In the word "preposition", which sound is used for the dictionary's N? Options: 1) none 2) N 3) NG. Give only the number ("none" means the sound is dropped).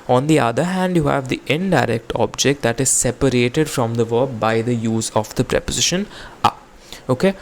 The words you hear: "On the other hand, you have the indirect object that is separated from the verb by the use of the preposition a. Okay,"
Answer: 2